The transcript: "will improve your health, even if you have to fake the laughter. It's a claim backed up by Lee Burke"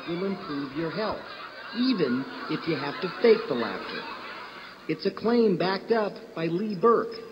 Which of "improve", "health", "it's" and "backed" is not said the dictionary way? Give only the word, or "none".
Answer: none